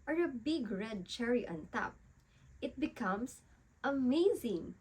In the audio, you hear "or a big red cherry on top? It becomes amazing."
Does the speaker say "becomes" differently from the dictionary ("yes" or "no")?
yes